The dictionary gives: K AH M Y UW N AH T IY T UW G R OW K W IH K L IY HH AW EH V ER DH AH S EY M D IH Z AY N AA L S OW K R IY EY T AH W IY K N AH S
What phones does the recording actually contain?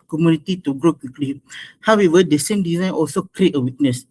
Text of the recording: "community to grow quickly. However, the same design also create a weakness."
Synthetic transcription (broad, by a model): K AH M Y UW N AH T IY T UW G R OW K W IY K L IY HH AW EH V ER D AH S EY M D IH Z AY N AA L S OW K R IY EY T AH W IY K N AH S